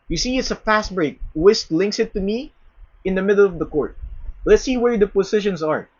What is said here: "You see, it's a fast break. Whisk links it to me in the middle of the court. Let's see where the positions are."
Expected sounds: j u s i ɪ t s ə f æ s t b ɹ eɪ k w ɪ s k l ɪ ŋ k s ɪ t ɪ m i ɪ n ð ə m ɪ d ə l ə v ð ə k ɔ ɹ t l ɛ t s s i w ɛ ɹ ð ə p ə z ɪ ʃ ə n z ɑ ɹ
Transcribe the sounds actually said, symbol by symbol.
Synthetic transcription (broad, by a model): j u s i ɪ t s ə f æ s t b ɹ eɪ k w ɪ s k l ɪ ŋ k s ɪ t ɪ m i ɪ n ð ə m ɪ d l ə v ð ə k ɔ ɹ t l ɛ t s s i w ɛ ɹ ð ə p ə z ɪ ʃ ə n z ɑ ɹ